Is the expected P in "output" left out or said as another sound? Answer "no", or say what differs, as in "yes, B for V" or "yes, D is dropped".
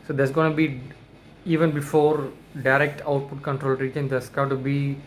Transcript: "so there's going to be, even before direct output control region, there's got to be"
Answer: no